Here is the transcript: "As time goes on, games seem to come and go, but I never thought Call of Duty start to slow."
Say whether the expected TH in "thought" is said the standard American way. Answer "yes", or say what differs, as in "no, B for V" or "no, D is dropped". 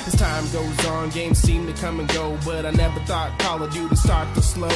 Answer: yes